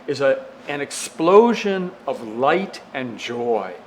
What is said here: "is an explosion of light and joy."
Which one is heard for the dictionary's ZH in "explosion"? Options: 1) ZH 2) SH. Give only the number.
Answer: 1